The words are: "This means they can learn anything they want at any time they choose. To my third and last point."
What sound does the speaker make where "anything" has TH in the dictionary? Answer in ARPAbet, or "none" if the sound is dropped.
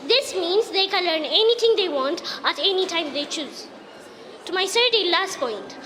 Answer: T